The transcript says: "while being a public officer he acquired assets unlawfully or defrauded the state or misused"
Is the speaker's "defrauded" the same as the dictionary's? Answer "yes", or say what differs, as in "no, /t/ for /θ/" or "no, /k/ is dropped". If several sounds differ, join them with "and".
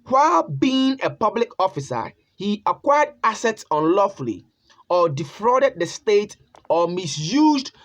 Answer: yes